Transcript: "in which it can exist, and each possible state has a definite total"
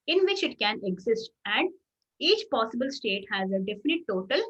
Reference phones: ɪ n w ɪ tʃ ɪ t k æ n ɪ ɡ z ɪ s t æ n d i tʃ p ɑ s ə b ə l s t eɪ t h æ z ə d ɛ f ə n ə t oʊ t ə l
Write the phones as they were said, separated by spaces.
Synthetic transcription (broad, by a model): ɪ n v ɪ tʃ ɪ t k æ n ɪ ɡ z ɪ s t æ n d i tʃ p ɑ s ə b ə l s t eɪ t h æ z ə d ɛ f ə n ə t oʊ t ə l